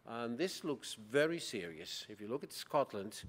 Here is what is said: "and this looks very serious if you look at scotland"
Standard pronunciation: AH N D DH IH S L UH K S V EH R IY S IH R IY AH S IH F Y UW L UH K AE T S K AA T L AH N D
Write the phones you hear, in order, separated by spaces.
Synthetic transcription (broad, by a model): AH N DH IH S L UH K S V EH R IY S IH R IY AH S IH F Y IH L UH K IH T S K AA T L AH N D